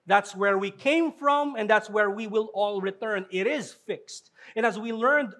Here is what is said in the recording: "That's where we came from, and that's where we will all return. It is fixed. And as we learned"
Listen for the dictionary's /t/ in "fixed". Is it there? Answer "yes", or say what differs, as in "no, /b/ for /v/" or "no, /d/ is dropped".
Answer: yes